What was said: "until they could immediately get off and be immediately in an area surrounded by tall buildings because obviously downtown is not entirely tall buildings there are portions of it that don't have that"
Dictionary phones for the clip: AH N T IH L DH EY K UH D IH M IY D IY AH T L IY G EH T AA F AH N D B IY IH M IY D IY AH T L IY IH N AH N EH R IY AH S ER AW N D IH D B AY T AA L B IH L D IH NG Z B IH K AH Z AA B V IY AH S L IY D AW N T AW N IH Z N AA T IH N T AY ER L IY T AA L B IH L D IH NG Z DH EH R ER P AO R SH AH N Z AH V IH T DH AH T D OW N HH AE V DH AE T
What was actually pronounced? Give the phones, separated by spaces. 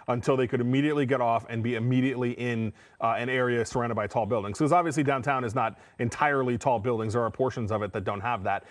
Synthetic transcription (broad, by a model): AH N T IH L DH EY K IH D IH M IY D IY AH T L IY G EH T AA F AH N B IY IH M IY D IY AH T L IY IH N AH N EH R IY AH S ER AW N D IH D B AY T AA L B IH L D IH NG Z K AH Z AA B V IY AH S L IY D AW N T AW N IH Z N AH T IH N T AY ER L IY T AA L B IH L D IH NG Z DH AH R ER P AO R SH AH N Z AH V IH T DH AH T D OW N HH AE V DH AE T